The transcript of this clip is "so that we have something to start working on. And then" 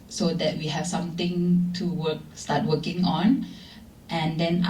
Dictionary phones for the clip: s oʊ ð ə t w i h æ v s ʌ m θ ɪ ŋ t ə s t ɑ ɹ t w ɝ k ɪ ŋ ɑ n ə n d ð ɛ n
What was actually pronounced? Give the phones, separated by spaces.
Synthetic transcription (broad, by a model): s oʊ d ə t w i h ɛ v s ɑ m t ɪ ŋ t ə s t ɑ t w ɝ k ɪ ŋ ɑ n ə n d ɛ n